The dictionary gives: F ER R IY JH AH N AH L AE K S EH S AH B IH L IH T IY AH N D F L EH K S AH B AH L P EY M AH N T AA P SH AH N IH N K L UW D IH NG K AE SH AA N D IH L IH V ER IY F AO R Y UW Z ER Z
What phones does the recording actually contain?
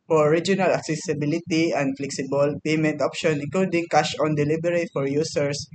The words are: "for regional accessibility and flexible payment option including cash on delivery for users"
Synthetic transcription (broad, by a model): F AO R IY JH AH N AH L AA K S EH S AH B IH L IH T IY AH N D F L EH K S AH B AH L P EY M AH N T AA P SH AH N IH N K L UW D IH NG K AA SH AA N D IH L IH B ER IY F AO R Y UW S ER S